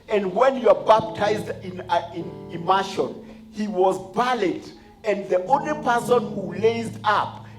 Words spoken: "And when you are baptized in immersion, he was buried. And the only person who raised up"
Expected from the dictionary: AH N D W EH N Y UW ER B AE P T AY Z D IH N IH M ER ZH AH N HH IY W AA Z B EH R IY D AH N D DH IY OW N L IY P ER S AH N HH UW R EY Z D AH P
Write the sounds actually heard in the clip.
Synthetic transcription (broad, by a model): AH N D W EH N Y UW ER B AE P T AY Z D IH N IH M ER SH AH N HH IY W AA Z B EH L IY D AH N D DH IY OW N L IY P ER S AH N HH UW L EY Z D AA P